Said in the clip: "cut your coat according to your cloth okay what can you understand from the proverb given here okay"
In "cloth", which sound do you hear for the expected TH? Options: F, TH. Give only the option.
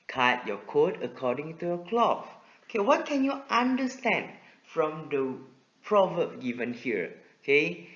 F